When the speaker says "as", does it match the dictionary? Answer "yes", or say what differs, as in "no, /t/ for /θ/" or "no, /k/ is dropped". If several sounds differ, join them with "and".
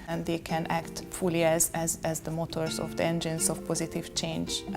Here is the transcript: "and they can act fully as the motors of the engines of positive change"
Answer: yes